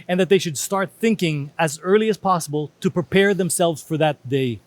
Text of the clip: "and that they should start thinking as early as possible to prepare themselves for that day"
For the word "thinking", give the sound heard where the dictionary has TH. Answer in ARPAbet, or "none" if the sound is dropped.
TH